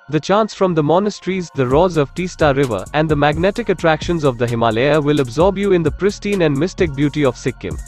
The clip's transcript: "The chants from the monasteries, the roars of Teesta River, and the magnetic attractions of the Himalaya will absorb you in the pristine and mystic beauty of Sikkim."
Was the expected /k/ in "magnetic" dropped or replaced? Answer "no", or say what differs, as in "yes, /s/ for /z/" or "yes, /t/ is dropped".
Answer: no